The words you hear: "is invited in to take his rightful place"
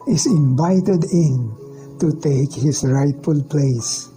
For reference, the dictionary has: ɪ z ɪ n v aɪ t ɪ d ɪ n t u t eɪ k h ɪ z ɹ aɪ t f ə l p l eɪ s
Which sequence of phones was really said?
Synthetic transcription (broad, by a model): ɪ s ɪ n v aɪ t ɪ d ɪ n t u t eɪ k h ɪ s ɹ aɪ t f ə l p l eɪ s